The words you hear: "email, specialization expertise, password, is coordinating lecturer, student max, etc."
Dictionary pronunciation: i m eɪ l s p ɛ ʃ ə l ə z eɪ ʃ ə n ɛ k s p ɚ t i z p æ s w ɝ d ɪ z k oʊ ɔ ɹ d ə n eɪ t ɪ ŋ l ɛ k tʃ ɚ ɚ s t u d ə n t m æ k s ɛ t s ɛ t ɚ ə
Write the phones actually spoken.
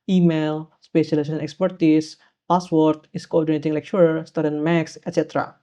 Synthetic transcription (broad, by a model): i m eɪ l s p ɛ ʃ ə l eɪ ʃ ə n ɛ k s p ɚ t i s p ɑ s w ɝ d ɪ s k oʊ ɔ ɹ d ə n eɪ t ɪ ŋ l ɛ k ʃ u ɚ s t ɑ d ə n m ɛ k s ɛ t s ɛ t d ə